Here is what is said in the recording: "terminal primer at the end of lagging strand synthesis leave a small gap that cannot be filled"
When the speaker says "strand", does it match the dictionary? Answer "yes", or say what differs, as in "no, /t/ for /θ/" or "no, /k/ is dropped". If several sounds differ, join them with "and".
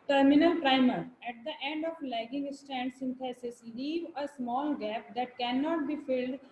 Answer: no, /ɹ/ is dropped